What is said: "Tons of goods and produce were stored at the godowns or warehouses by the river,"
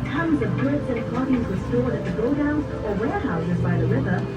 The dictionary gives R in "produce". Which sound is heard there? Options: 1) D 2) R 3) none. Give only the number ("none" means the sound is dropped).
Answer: 3